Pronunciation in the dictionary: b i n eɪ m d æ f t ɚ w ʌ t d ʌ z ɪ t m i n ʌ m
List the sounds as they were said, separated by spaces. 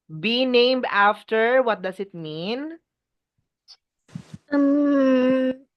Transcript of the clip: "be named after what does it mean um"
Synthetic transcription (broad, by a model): b i n eɪ m d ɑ f t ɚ w ʌ t d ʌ s ɪ t m i n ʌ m